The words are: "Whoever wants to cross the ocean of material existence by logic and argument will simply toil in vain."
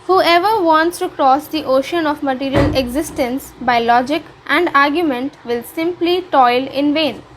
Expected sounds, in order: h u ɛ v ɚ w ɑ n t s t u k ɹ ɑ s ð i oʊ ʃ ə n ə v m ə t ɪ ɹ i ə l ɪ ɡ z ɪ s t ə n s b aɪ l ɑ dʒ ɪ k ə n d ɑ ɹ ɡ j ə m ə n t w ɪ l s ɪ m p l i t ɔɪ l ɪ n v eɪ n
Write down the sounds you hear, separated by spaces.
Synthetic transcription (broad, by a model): h u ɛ v ɚ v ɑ n t s t u k ɹ ɑ s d i oʊ ʃ ə n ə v m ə t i ɹ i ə l ɪ ɡ z ɪ s t ə n s b aɪ l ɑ dʒ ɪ k ə n d ɑ ɹ ɡ j ə m ə n t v ɪ l s ɪ m p l i t ɔɪ l ɪ n v eɪ n